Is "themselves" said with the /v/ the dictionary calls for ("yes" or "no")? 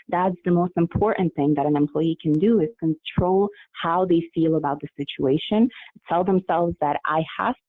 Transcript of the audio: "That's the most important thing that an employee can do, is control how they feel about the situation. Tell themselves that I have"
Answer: yes